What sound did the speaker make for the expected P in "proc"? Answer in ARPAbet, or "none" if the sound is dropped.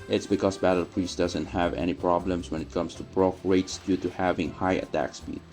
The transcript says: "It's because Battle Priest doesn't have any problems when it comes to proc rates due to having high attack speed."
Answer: B